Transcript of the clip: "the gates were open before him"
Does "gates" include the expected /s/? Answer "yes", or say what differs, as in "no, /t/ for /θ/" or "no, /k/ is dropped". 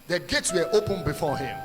yes